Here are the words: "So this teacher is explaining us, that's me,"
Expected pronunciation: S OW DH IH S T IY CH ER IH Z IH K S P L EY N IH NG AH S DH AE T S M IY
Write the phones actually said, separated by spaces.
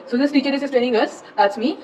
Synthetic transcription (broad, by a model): S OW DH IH S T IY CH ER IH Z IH S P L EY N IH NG AH S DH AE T S M IY